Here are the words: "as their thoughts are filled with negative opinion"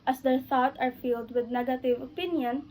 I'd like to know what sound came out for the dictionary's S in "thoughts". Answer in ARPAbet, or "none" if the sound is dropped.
none